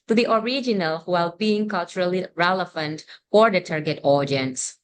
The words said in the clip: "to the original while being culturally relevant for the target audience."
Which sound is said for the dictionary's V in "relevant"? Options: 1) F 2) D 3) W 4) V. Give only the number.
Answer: 1